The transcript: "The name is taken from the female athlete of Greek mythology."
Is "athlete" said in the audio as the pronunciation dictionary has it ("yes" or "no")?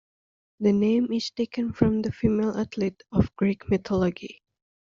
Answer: no